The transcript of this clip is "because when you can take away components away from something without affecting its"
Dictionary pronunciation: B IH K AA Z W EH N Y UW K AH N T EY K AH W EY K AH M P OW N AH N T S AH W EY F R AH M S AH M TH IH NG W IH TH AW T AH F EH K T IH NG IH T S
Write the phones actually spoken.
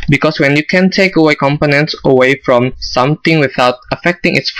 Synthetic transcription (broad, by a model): B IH K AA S W EH N Y UW K AH N T EY K AH W EY K AH M P OW N AH N T S AH W EY F R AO M S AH M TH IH NG W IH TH AW T AH F EH K T IH NG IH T S